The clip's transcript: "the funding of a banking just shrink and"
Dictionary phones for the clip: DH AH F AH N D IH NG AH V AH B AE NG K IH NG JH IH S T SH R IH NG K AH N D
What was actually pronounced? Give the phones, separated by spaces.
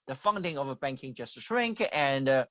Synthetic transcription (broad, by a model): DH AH F AH N D IH NG AH V AH B AE NG K IH NG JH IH S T S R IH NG K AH N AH